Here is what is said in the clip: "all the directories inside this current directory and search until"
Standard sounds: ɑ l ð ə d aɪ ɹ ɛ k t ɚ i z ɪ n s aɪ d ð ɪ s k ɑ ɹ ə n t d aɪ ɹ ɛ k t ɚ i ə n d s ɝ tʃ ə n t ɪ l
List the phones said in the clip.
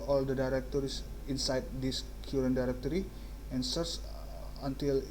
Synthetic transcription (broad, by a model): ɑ l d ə d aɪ ɹ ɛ k t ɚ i s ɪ n s aɪ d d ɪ s k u ɹ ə n d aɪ ɹ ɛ k t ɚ i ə n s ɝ s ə n t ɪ l